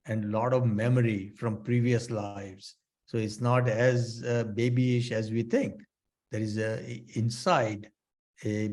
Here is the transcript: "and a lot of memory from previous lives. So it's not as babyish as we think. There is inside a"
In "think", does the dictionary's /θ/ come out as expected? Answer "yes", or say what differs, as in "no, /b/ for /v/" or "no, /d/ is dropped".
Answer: no, /t/ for /θ/